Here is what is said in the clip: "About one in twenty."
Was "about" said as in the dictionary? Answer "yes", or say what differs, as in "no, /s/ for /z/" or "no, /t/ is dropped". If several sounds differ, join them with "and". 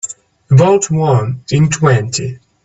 no, /b/ is dropped